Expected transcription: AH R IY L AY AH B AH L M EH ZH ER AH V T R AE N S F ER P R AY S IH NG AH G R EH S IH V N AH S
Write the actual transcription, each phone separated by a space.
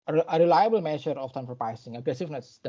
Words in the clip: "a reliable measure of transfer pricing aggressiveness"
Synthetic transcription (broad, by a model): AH R IY L AY AH B AH L M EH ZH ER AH F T AE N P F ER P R AY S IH NG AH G R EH S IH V N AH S